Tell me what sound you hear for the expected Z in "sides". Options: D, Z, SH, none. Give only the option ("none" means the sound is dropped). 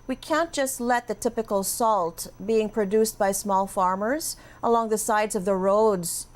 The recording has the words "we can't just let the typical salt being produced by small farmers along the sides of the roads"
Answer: Z